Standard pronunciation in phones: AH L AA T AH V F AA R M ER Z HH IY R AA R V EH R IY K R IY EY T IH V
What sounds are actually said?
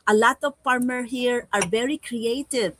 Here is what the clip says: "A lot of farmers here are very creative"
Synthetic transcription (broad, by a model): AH L AA T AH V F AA R M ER HH IY R AA R V EH R IY K R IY EY T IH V